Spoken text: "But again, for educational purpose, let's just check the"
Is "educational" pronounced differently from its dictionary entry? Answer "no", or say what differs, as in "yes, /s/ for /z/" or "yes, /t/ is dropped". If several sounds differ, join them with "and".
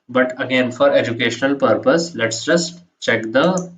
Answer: no